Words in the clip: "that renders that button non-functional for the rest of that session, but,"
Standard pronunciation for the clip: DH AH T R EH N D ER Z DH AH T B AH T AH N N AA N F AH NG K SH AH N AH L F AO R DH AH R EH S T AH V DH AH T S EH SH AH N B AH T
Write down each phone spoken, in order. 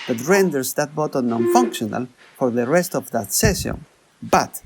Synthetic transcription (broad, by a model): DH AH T R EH N D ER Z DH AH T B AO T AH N N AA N F AH NG K SH AH N AH L F AO R DH AH R EH S T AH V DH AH T S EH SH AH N B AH T